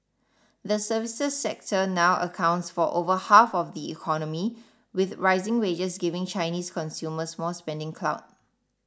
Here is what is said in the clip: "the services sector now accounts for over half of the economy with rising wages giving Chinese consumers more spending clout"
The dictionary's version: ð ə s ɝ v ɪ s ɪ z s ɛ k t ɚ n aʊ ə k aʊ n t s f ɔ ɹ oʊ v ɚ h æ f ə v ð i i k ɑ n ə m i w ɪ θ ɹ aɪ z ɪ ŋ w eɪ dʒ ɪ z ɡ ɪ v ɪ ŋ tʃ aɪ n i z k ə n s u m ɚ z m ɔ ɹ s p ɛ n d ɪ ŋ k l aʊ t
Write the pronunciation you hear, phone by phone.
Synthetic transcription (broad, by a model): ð ə s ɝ v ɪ s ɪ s ɛ k t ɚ n aʊ ə k aʊ n t s f ɔ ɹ oʊ v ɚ h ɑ f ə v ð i i k ɑ n ə m i w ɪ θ ɹ aɪ z ɪ ŋ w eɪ dʒ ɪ s ɡ ɪ v ɪ ŋ tʃ aɪ n i s k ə n s u m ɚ s m ɔ l s p ɛ n d ɪ ŋ k l aʊ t